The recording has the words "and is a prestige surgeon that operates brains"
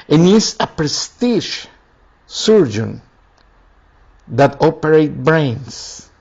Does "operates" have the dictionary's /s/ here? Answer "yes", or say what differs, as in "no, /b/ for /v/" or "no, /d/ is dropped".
no, /s/ is dropped